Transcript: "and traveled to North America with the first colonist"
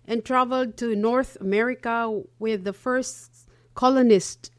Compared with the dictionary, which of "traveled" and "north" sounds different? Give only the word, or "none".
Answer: none